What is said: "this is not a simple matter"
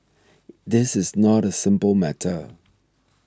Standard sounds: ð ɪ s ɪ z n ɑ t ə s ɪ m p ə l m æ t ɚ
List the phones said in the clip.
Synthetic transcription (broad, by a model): ð ɪ s ɪ z n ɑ t ə s ɪ m p ə l m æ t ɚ